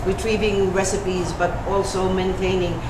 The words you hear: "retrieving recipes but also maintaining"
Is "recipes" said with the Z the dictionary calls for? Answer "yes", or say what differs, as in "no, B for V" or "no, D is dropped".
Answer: yes